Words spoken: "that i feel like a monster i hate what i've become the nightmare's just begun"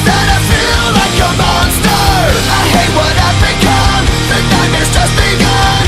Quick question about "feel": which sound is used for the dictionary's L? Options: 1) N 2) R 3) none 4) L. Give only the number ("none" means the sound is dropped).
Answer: 4